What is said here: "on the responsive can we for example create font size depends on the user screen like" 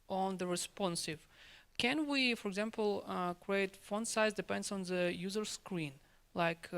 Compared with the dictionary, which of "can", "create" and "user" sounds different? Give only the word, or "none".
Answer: none